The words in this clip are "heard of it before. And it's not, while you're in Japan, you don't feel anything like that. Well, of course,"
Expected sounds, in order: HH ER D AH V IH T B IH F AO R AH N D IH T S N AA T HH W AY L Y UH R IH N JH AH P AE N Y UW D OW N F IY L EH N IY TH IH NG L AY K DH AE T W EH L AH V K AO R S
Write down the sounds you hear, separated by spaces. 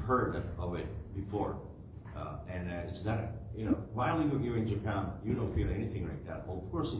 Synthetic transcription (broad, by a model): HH ER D AH V IH T B IH F AO R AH N IH T S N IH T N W AY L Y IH IH N JH AH P AE N Y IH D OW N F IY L EH N IY TH IH NG L AY K DH AE T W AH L AH V K AO R S